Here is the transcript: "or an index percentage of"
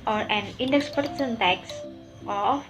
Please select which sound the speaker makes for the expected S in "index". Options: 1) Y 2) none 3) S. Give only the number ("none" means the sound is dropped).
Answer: 3